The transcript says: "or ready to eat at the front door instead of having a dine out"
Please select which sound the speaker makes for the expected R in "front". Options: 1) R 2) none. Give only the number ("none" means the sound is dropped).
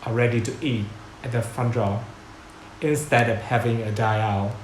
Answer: 2